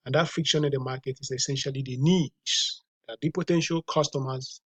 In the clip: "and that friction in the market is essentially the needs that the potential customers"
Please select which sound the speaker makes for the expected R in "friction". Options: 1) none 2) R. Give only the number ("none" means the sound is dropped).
1